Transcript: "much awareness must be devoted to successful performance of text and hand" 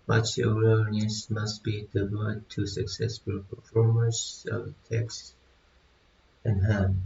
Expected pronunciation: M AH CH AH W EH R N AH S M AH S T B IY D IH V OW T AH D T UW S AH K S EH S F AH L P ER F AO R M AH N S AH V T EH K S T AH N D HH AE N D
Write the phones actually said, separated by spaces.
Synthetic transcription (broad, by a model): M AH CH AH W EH L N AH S M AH S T B IY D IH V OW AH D T UW S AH K S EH S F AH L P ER F AO R M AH S AH V T EH K S T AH N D HH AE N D